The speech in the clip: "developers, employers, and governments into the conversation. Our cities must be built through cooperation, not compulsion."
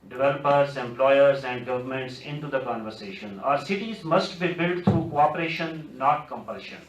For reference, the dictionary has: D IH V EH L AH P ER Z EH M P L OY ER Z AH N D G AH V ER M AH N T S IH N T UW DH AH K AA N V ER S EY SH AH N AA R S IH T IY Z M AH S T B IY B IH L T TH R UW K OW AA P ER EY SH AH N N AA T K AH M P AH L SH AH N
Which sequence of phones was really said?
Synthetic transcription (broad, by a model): D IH V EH L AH P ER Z EH M P L OY ER Z AH N D G AH V ER M AH N T S IH N T UW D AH K AA N V ER S EY SH AH N AA R S IH T IY Z M AH S T B IY B IH L T T R UW K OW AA P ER EY SH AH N N AA T K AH M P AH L SH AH N